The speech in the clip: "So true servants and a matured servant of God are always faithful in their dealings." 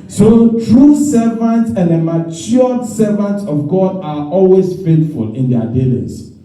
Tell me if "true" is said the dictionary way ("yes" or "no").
yes